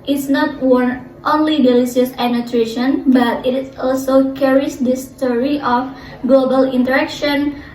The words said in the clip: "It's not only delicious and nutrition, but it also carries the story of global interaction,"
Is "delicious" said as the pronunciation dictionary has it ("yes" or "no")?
no